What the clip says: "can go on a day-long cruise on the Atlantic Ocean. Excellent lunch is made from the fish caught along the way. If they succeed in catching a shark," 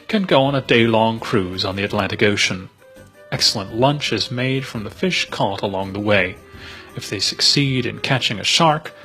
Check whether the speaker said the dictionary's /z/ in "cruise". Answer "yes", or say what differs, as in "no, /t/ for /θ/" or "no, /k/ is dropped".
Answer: yes